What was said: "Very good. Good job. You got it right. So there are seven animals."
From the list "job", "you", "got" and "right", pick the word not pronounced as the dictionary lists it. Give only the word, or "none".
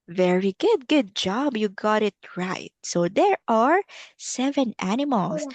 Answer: none